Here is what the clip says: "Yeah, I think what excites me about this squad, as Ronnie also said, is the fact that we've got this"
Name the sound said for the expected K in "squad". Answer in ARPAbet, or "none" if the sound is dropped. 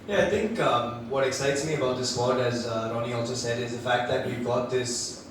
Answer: none